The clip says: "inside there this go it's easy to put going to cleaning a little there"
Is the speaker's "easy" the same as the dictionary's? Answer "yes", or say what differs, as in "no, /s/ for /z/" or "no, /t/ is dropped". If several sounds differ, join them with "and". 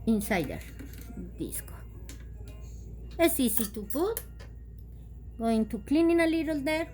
no, /s/ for /z/